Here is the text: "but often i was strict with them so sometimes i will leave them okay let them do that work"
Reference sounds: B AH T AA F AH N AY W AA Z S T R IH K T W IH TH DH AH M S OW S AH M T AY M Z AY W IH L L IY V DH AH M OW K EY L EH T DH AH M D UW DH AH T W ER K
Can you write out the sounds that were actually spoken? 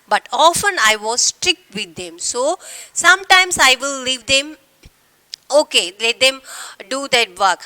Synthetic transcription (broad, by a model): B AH T AA F AH N AY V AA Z S T R IH K T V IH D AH M S OW S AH M T AY M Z AY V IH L L IY V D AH M OW K EY L EH T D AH M D UW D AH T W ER K